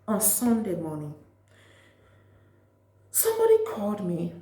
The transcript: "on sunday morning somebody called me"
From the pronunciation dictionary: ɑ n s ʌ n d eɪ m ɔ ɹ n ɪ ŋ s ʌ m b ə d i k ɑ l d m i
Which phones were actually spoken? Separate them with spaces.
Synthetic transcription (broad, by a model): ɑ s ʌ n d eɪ m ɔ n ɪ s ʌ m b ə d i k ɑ d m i